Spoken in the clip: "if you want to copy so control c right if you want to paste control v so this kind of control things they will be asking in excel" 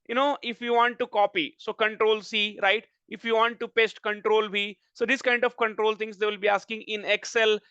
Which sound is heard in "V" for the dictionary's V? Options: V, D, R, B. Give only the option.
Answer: B